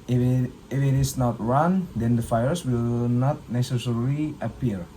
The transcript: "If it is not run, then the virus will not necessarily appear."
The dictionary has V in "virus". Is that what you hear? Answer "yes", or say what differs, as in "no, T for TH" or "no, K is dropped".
no, F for V